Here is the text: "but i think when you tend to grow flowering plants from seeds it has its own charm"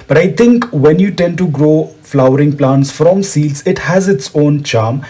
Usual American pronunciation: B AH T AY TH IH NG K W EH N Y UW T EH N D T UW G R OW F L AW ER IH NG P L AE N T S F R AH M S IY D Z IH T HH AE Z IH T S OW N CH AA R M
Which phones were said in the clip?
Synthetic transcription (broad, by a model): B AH T AY T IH NG K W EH N Y UW T EH N D T UW G R OW F L AW ER IH NG P L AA N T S F R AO M S IY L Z IH T HH AE Z IH T S OW N CH AA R M